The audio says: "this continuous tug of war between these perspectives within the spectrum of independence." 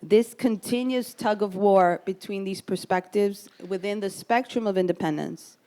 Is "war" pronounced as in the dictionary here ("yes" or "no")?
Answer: yes